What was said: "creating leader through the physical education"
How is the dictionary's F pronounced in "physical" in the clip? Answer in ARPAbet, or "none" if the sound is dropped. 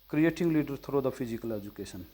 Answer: P